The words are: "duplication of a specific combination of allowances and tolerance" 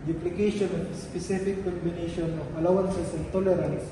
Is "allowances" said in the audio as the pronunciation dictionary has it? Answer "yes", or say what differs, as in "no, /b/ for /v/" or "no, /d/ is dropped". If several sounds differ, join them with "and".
no, /s/ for /z/